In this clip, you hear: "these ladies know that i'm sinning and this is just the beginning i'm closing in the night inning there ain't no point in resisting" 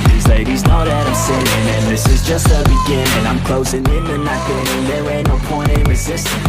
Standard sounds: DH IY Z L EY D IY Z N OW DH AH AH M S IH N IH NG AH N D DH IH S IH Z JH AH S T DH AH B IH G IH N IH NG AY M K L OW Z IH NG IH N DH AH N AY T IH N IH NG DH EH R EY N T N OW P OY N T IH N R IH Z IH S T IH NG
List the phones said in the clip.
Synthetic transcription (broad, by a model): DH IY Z L EY D IY Z N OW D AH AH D S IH IH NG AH N DH IH S IH Z JH AH S T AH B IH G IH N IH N AY M K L OW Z IH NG IH N DH AH N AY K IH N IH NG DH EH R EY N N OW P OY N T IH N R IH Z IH S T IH